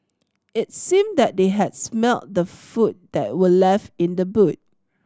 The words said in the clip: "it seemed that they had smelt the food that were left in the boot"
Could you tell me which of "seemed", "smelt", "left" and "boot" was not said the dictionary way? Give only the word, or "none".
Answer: left